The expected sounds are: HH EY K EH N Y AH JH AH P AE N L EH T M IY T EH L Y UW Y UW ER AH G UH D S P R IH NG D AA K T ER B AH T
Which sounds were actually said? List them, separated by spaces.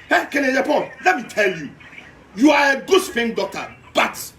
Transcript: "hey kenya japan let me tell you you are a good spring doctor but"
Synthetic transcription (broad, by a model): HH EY K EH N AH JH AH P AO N L EH T M IY T EH L Y UW Y UW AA AH G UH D S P IH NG D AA K T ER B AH T